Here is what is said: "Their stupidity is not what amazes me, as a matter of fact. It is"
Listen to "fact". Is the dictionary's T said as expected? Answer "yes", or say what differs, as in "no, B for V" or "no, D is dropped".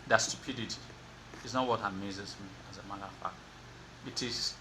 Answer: no, T is dropped